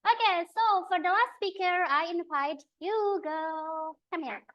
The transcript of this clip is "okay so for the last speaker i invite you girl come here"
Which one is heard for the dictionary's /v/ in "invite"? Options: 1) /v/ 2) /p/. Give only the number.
2